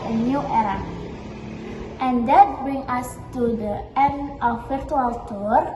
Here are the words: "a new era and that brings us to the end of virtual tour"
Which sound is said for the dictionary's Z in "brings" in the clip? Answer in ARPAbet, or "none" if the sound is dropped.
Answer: none